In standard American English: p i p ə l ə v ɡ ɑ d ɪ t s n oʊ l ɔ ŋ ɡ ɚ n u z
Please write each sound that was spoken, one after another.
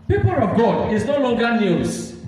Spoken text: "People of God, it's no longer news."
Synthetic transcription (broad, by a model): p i p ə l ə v ɡ ɑ d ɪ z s n oʊ l ɔ ŋ ɡ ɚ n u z